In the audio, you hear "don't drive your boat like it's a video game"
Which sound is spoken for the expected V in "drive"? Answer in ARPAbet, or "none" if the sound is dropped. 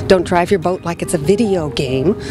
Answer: V